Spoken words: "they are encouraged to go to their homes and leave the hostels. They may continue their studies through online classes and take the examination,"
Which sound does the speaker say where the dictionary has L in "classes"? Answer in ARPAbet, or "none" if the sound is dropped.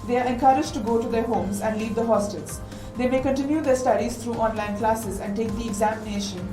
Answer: L